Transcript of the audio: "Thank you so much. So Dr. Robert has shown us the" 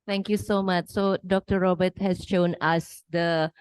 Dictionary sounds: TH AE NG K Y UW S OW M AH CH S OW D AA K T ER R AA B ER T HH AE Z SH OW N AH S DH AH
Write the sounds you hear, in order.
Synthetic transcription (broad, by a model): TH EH NG K Y UW S OW M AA CH S OW D AA K T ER R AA B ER T HH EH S SH OW N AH S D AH